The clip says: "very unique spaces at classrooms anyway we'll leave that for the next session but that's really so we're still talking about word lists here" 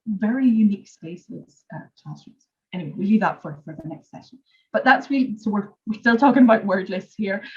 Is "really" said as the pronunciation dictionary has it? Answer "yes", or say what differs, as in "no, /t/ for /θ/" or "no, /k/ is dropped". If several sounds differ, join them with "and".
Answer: no, /w/ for /ɹ/